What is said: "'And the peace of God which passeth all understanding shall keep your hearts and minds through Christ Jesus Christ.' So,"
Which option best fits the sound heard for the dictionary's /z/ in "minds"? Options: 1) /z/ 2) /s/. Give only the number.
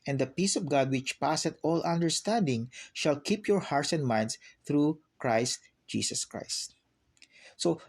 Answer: 2